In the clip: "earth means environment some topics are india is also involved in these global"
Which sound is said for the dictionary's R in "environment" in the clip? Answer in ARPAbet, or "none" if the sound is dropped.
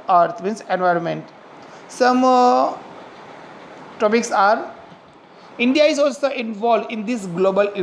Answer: R